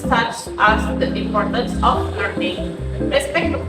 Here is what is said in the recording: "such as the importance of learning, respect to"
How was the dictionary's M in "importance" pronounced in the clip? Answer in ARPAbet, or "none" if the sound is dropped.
none